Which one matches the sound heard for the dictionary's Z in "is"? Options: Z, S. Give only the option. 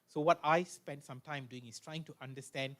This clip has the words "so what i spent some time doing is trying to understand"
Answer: S